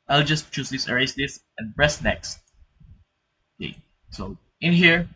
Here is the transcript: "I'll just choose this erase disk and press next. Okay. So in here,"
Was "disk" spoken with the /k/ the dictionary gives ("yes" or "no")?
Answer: no